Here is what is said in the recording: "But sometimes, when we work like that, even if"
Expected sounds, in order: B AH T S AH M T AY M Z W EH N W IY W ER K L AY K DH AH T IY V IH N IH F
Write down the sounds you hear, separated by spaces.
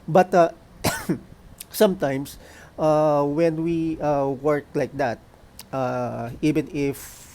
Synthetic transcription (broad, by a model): B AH T S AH M T AY M S W EH N W IY W ER K L AY K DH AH T IY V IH N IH F